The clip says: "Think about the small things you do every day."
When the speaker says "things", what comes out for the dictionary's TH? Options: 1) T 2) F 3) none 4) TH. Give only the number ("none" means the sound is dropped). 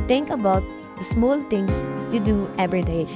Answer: 1